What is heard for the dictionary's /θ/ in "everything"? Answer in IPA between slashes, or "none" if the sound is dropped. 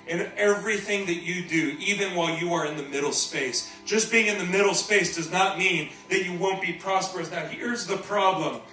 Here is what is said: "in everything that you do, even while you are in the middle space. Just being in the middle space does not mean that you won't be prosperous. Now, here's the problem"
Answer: /θ/